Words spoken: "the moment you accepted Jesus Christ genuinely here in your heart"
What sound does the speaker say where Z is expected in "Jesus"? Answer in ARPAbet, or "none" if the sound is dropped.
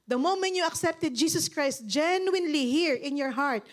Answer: S